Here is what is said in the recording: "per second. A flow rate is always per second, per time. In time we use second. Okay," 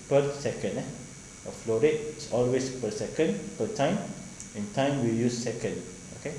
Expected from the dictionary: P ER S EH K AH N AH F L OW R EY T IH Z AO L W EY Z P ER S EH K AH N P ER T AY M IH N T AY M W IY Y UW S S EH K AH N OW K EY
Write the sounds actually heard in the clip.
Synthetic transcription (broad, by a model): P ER S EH K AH N AH F L OW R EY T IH S AO L W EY S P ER S EH K AH N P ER T AY M IH N T AY M W IY Y UW S S EH K AH N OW K EY